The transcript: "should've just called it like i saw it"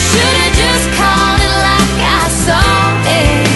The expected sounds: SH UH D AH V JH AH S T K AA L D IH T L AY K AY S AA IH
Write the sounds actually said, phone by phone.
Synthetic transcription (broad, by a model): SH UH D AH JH AH S K AA L IH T L AY K AY S AA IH